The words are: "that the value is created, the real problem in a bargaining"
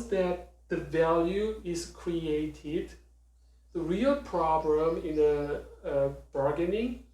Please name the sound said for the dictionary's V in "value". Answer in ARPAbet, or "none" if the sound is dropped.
V